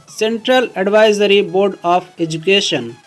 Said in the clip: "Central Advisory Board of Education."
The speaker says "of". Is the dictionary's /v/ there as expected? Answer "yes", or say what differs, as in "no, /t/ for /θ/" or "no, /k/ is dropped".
no, /p/ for /v/